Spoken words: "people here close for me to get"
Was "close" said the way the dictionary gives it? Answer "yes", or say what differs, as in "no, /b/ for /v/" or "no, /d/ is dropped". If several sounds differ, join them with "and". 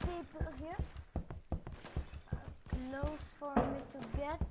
yes